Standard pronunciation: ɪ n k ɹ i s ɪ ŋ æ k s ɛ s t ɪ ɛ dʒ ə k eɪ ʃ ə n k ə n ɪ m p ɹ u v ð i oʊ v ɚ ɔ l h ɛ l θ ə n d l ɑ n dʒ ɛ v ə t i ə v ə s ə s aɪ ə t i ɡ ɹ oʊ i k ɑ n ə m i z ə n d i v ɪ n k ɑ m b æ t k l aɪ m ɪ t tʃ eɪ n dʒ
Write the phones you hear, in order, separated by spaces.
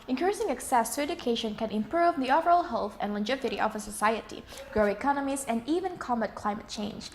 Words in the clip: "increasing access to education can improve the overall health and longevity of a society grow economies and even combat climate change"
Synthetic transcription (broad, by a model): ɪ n k ɹ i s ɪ ŋ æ k s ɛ s t ɪ ɛ dʒ ə k eɪ ʃ ə n k ə n ɪ m p ɹ u v ð i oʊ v ɚ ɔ l h ɛ l θ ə n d l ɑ dʒ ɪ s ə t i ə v ə s ə s aɪ ə t i ɡ ɹ oʊ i k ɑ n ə m i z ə n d i v ɪ n k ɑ m æ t k l aɪ m ɪ t tʃ eɪ n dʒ